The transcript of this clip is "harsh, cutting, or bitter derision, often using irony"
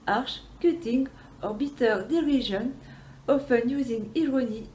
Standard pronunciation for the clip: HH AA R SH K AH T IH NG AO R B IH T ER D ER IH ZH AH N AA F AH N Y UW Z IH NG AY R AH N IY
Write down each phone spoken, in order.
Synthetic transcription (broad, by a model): AA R SH K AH T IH NG AO R B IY T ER D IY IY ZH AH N AA F AH N Y UW Z IH NG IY R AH N IY